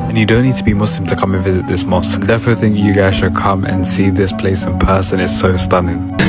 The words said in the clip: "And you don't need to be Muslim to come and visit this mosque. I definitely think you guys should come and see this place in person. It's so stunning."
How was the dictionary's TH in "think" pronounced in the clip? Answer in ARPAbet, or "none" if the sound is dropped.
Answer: TH